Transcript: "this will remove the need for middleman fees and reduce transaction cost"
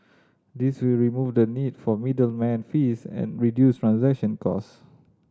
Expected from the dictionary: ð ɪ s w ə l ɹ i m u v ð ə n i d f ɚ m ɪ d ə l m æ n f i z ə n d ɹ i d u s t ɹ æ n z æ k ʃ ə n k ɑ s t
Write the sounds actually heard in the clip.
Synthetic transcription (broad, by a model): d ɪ s w ə l ɹ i m u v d ə n i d f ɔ m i d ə l m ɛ n f i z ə n ɹ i d u s t ɹ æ n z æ k ʃ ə n k ɑ s